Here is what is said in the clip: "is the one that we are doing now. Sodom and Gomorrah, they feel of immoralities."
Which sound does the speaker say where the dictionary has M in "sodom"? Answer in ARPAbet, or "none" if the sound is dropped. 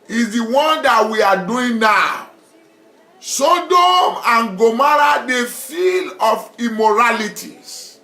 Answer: M